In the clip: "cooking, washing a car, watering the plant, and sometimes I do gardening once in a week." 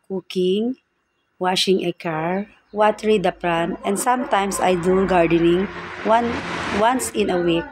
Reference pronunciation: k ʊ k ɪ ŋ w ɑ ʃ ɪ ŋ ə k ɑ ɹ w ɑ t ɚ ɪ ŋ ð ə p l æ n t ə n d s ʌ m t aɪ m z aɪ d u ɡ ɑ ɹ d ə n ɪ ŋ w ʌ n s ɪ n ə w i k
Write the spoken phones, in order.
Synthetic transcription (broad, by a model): k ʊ k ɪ ŋ w ɑ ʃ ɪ ŋ ə k ɑ ɹ w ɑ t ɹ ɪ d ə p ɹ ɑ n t ə n d s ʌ m t aɪ m s aɪ d u ɡ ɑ ɹ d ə n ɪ ŋ w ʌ n s ɪ n ə w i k